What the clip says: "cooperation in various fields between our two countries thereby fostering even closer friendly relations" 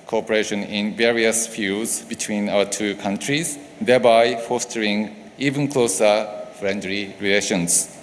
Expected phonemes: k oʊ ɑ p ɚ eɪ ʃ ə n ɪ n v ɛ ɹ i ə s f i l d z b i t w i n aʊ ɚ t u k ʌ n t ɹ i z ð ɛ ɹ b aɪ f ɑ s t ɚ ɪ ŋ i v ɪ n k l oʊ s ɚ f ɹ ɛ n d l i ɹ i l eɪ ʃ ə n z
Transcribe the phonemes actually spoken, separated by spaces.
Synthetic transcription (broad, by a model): k oʊ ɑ p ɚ eɪ ʃ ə n ɪ n v ɛ ɹ i ə s f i l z b i t w i n aʊ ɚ t u k ʌ n t ɹ i z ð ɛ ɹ b aɪ f ɑ s t ɚ ɪ ŋ i v ɪ n k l oʊ s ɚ f ɹ ɛ n d l i ɹ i l eɪ ʃ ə n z